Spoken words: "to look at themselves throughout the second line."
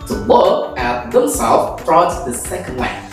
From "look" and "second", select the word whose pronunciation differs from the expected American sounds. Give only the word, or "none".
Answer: look